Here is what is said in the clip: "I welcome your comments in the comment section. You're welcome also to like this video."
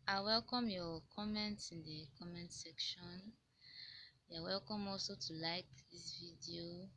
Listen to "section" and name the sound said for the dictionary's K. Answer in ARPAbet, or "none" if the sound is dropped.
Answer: K